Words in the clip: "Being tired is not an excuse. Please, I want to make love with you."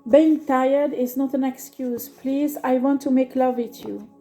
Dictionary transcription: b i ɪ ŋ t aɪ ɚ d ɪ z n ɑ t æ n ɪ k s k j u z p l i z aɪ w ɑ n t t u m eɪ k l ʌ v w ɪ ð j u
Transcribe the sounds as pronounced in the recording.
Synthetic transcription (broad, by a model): b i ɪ ŋ t aɪ ɚ d ɪ z n ɑ t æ n ɪ k s k j u z p l i z aɪ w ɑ n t t u m eɪ k l ʌ v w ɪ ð j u